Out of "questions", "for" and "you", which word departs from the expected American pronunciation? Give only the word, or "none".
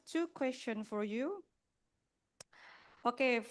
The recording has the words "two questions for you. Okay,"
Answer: questions